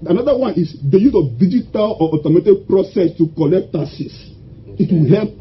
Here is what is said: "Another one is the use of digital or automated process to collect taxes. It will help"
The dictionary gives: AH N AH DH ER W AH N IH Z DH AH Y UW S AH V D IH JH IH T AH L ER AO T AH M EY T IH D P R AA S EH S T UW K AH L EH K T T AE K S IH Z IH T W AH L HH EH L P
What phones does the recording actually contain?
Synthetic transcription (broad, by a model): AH N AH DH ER W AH N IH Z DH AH Y UW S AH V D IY JH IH T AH L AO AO T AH M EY T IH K P R AA S EH S T UW K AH L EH K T T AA S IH S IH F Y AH HH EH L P